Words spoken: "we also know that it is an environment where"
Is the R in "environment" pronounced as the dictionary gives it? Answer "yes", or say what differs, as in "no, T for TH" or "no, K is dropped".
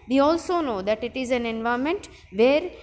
no, R is dropped